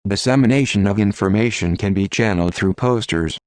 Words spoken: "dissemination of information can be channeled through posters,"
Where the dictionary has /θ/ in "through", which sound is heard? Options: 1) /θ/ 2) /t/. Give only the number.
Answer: 1